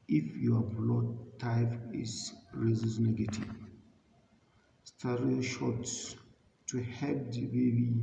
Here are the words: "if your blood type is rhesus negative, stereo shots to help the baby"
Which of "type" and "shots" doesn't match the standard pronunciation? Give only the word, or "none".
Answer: type